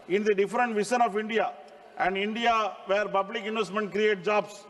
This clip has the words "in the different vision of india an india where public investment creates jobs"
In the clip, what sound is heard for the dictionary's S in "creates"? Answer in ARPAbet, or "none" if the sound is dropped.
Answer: none